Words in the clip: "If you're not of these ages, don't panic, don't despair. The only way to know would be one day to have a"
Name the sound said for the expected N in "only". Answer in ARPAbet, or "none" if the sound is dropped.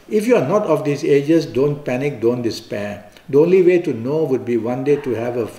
N